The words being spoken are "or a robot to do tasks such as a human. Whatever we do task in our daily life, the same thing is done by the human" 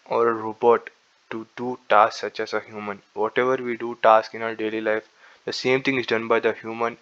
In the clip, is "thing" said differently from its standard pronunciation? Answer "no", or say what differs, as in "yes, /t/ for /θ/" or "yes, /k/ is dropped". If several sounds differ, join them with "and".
yes, /t/ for /θ/